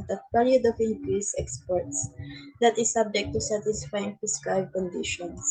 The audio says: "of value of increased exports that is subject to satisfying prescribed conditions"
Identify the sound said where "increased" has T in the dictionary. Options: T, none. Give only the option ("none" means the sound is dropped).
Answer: none